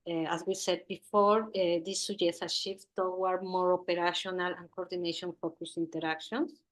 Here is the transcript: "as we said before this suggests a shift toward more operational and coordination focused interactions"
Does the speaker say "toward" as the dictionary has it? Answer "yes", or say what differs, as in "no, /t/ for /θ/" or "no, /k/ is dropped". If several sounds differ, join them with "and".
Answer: no, /w/ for /ɹ/